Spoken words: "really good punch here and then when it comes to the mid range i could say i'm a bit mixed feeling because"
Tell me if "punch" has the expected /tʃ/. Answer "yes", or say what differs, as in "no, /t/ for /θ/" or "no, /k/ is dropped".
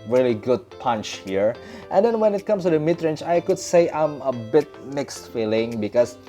yes